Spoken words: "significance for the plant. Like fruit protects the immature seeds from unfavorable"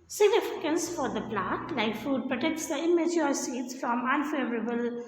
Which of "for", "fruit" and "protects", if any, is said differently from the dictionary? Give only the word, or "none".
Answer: fruit